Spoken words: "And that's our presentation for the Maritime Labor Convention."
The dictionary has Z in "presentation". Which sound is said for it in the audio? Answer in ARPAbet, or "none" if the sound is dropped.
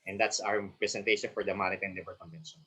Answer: S